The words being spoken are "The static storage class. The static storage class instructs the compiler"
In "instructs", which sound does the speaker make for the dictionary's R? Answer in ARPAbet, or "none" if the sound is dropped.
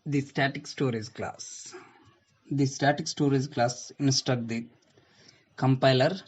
none